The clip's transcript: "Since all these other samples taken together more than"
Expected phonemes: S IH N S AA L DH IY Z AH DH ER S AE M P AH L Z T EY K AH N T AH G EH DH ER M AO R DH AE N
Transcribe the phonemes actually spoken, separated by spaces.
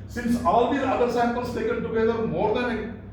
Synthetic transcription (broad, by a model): S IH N S AA L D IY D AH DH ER S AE P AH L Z T EY K AH N T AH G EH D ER M AO R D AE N